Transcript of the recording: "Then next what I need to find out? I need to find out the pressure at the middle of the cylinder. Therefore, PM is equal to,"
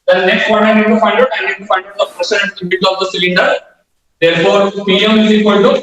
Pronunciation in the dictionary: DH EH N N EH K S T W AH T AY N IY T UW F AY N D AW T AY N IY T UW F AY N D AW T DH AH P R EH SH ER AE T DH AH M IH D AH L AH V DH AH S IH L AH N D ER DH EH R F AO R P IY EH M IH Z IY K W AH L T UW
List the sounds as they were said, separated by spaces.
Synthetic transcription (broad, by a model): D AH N N EH K S T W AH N AY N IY T UW F AY N D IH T AY N IY T UW F AY N D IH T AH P R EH S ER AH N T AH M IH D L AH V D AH S IH L AH N D ER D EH R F AO R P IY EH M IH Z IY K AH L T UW